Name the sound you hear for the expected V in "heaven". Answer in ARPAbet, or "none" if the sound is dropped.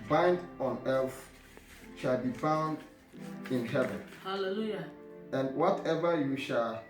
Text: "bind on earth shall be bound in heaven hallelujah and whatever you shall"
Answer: V